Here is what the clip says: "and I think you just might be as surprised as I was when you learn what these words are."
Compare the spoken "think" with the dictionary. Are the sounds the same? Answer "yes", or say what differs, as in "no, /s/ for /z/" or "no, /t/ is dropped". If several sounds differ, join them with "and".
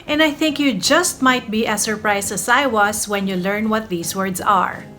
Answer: yes